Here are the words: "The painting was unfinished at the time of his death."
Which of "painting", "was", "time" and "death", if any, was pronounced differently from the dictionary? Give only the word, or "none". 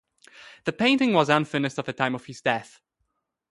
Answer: none